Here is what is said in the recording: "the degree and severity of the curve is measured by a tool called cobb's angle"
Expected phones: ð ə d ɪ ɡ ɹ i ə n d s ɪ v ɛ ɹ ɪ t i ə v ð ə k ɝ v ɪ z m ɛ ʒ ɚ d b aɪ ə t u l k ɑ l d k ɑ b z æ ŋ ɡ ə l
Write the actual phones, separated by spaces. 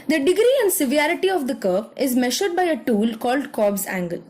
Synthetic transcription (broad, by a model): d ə d ɪ ɡ ɹ i ə n d s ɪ v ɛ ɹ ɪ t i ə v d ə k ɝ p ɪ z m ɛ ʃ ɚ d b aɪ ə t u l k ɑ l d k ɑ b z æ ŋ ɡ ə l